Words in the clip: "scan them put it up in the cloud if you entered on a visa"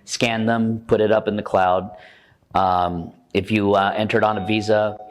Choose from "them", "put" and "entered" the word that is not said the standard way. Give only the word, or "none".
none